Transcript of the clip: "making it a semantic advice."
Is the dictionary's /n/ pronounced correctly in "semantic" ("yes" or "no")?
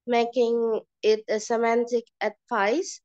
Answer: yes